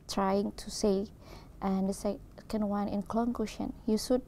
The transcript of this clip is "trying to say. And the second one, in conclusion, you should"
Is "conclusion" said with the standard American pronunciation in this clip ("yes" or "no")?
no